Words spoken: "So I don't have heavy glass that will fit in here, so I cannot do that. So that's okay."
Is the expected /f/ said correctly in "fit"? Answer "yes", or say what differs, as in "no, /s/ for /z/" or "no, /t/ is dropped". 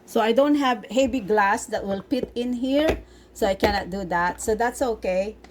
no, /p/ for /f/